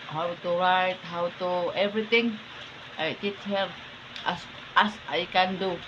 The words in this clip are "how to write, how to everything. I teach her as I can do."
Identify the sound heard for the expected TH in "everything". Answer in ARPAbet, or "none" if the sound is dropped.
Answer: T